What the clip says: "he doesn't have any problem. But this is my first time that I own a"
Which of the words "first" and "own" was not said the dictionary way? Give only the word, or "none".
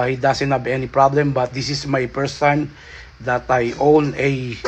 first